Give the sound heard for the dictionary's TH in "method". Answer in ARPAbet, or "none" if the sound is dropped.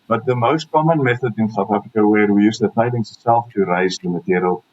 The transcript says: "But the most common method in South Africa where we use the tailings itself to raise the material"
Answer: TH